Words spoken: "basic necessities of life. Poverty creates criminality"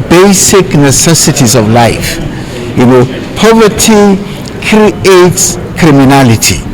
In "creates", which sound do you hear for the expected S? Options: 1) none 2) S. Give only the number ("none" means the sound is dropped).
2